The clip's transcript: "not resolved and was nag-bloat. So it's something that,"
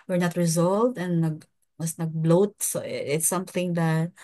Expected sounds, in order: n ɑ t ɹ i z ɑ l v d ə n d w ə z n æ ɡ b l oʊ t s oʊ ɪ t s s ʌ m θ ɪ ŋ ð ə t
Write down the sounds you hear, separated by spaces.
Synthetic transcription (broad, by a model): n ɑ t ɹ i z ɑ l v d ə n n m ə s n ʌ ɡ b l oʊ t s oʊ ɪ t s s ʌ m θ ɪ ŋ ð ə t